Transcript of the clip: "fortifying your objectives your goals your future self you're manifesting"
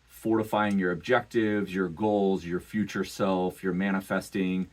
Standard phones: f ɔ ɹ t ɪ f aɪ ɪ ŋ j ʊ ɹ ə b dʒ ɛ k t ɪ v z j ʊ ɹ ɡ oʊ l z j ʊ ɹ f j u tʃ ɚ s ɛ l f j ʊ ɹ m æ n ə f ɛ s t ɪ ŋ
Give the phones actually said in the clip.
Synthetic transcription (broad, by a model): f ɔ ɹ t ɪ f aɪ ɪ ŋ j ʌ ɹ ə b dʒ ɛ k t ɪ v z j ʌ ɹ ɡ oʊ l z j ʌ ɹ f j u tʃ ɚ s ɛ l f j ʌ ɹ m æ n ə f ɛ s t ɪ ŋ